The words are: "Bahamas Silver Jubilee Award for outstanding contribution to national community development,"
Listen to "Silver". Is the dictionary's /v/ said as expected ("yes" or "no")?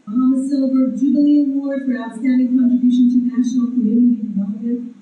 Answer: no